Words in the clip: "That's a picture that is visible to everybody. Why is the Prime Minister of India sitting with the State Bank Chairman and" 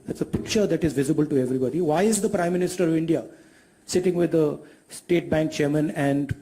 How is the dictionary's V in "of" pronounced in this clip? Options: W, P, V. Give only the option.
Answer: V